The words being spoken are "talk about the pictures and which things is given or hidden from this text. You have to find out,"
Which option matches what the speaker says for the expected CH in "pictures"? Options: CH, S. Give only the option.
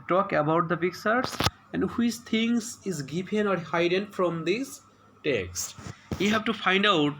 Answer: S